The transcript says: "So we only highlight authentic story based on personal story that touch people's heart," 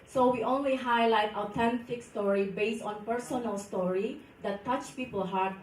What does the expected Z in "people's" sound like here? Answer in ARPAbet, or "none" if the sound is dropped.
none